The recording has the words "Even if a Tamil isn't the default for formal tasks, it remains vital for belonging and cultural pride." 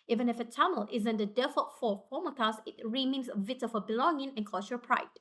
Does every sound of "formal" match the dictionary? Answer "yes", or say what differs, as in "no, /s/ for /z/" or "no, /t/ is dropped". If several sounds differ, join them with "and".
no, /p/ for /f/